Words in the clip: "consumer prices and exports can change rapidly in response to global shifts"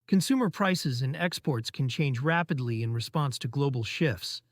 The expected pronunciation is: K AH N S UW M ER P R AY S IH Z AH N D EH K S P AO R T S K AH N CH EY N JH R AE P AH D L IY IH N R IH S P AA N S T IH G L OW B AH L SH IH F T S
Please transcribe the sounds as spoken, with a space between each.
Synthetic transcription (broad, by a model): K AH N S UW M ER P R AY S IH Z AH N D EH K S P AO R T S K N CH EY N JH R AE P AH D L IY IH N R IH S P AA N S T IH G L OW B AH L SH IH F T S